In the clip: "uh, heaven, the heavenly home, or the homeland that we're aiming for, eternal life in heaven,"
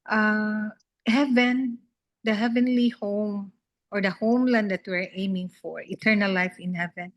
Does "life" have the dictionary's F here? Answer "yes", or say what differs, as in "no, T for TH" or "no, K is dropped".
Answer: yes